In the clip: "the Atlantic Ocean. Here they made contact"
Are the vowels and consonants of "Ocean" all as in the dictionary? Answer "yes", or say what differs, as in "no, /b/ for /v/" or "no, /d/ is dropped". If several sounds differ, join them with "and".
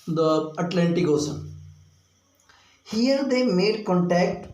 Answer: no, /s/ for /ʃ/